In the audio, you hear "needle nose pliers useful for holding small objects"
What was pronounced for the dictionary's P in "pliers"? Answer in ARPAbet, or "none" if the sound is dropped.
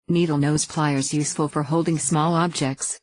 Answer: P